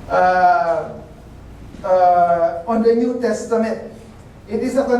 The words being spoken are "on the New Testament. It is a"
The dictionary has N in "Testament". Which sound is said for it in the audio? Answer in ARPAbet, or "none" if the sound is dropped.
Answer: none